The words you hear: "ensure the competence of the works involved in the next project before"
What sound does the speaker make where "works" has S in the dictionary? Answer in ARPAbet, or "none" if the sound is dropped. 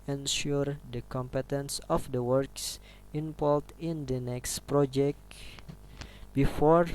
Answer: S